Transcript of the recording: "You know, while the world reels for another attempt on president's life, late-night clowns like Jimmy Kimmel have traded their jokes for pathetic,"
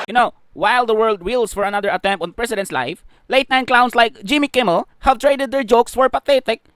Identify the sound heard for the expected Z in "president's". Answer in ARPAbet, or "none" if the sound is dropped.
S